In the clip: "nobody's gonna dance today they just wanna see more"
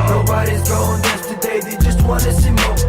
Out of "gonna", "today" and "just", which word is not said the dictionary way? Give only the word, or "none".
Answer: gonna